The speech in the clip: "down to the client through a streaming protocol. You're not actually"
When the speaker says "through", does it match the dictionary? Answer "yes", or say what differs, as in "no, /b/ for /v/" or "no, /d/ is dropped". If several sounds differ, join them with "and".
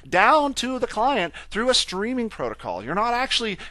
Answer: yes